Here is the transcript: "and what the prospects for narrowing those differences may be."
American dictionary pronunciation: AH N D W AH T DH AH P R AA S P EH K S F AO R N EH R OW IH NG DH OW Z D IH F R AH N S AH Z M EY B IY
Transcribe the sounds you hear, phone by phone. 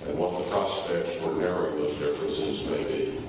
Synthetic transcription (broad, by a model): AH N W AH T DH AH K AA S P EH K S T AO R N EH R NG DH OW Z D IH F R AH N S AH Z M EY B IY